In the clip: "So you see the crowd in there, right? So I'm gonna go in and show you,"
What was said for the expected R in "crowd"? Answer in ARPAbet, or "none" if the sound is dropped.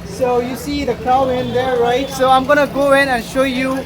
none